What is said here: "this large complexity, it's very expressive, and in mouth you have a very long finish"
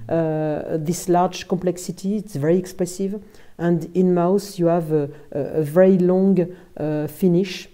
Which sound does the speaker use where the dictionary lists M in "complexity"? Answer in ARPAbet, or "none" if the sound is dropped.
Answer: none